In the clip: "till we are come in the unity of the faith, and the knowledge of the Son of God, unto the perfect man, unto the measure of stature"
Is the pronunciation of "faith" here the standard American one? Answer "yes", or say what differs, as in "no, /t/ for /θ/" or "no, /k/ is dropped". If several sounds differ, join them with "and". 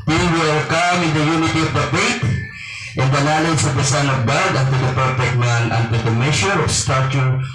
no, /t/ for /θ/